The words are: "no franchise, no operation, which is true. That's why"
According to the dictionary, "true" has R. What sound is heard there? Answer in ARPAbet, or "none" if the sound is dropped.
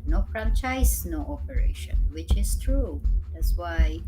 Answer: R